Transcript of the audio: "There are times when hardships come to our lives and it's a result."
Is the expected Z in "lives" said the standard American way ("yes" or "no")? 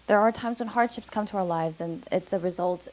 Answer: yes